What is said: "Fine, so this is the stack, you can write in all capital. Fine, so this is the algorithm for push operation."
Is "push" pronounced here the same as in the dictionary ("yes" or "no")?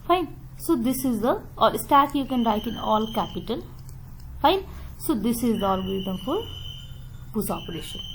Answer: no